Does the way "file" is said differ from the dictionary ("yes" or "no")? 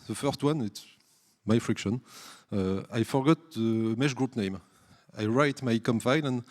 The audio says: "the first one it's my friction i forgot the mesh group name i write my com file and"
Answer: yes